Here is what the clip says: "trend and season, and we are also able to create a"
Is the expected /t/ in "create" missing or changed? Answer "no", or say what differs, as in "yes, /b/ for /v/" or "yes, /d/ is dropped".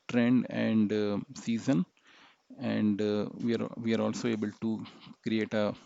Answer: no